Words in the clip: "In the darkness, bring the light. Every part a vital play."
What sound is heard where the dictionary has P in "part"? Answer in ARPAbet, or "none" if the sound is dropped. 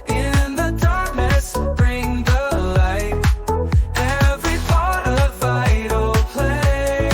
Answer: B